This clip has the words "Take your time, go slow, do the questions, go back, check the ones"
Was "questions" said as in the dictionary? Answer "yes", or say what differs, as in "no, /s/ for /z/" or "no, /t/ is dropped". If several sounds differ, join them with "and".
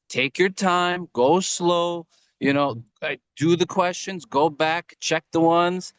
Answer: yes